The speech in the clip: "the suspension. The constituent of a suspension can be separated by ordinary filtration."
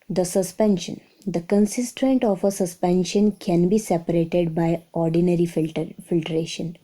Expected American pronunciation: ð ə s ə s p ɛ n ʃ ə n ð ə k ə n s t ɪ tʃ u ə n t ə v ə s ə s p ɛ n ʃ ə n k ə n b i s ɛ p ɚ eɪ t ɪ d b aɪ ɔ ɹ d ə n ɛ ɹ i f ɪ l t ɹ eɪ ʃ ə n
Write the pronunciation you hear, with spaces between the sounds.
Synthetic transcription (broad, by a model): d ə s ə s p ɛ n ʃ ə n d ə k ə n s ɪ s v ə n t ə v ə s ə s p ɛ n ʃ ə n k ə n b i s ɛ p ɚ eɪ t ɪ d b aɪ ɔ ɹ d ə n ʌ ɹ i f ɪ l t ɹ eɪ ʃ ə n